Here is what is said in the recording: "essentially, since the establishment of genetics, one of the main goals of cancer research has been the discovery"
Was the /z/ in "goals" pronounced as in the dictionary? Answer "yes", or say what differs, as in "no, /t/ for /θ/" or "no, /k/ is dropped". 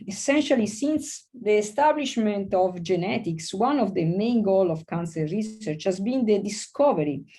no, /z/ is dropped